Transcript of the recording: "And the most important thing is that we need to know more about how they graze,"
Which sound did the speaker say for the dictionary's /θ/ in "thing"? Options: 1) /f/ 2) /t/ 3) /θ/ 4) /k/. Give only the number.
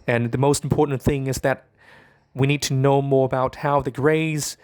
3